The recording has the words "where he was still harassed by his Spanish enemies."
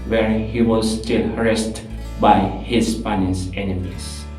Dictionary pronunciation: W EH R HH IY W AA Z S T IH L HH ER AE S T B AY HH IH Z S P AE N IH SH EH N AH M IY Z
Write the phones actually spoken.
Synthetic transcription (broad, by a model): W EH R HH IY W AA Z S T IH L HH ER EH S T B AY HH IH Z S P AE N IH S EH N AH M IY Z